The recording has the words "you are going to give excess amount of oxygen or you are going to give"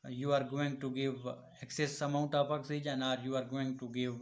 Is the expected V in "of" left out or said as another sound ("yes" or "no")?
yes